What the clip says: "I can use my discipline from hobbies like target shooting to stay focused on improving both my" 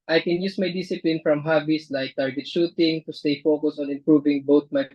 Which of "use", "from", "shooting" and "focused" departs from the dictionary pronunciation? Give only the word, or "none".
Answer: focused